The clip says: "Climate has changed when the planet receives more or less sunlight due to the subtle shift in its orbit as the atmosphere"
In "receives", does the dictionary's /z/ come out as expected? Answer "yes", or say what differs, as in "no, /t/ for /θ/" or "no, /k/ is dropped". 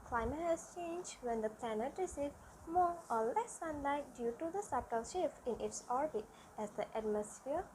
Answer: no, /z/ is dropped